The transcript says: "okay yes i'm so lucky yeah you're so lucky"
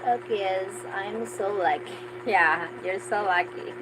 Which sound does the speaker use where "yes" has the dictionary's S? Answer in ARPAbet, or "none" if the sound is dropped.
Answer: none